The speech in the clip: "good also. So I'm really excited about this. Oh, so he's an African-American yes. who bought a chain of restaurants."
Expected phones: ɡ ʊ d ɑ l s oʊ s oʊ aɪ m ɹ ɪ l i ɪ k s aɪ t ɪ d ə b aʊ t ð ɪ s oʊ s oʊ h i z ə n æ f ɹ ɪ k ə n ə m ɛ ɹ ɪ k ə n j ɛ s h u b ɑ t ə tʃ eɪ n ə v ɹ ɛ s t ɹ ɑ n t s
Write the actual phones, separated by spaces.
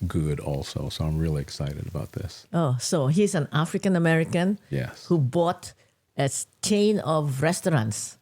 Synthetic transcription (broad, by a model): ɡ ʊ d ɑ l s oʊ s oʊ aɪ m ɹ ɪ l i ɪ k s aɪ t ɪ d ə b aʊ t ð ɪ s oʊ s oʊ h i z ə n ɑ f ɹ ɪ k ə n ə m ɛ ɹ ɪ k ə n j ɛ s h u b ɑ t ə s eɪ n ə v ɹ ɛ s t ɹ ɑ n t s